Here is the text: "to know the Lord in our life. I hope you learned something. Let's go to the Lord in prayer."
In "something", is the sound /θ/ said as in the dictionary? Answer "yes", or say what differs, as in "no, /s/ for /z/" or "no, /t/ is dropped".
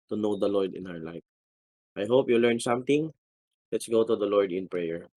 no, /t/ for /θ/